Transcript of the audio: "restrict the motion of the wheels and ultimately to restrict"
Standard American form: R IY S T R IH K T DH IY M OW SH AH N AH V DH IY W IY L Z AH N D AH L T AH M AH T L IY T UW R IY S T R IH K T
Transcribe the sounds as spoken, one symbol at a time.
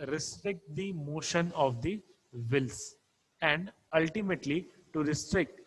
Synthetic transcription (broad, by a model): R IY S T R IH K T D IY M OW SH AH N AH V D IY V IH L S AH N D AH L T AH M AH T L IY T UW R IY S T R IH K T